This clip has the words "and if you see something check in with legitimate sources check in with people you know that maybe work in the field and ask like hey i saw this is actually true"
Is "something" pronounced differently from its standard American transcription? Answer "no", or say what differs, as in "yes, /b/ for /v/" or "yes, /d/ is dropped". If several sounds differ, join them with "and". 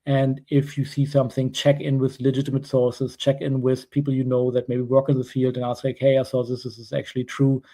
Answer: no